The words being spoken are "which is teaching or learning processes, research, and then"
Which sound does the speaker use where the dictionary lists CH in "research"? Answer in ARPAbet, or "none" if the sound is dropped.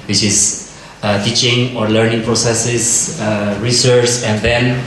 S